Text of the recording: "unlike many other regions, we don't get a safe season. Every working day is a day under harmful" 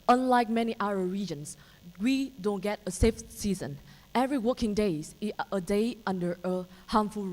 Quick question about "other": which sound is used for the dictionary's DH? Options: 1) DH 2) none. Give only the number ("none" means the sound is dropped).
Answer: 2